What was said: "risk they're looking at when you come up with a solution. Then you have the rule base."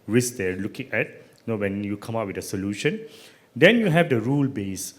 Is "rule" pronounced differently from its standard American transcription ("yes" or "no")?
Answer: no